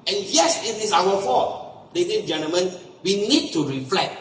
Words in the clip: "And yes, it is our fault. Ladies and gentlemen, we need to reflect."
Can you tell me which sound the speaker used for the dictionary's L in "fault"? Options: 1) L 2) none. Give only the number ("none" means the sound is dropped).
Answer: 2